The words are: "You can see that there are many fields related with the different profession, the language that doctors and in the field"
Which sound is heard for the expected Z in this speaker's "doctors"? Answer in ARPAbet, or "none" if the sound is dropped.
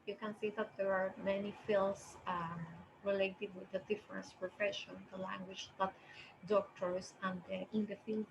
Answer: S